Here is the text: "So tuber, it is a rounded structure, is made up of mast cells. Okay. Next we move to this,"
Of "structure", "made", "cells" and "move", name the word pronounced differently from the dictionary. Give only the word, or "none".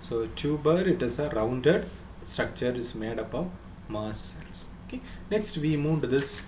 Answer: cells